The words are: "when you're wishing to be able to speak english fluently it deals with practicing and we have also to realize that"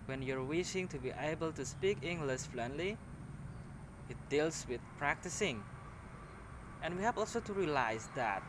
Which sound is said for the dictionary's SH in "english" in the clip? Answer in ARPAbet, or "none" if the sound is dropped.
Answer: S